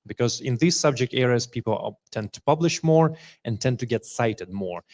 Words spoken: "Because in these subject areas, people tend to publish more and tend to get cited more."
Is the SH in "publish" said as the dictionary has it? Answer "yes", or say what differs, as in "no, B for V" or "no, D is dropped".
yes